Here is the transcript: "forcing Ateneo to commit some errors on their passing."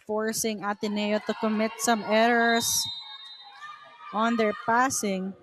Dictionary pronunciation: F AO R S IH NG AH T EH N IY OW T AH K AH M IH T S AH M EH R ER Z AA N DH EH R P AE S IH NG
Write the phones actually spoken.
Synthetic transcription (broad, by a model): F AO R S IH NG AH T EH N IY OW T AH K AH M IH T S AH M EH R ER S AA N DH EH R P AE S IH NG